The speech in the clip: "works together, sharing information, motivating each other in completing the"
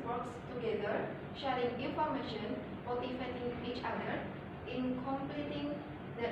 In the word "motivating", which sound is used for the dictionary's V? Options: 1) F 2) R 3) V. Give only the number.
1